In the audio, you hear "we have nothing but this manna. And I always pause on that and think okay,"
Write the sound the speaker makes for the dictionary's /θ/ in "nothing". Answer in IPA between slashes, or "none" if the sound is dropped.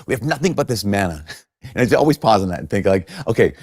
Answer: /θ/